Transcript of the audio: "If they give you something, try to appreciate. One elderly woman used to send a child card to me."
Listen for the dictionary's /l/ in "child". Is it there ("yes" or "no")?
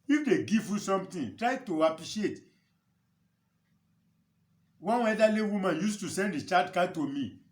no